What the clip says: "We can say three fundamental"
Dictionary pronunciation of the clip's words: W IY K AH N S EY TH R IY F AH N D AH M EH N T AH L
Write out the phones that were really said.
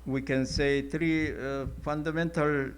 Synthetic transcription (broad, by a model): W IY K AH N S EY T R IY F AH N D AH M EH N T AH L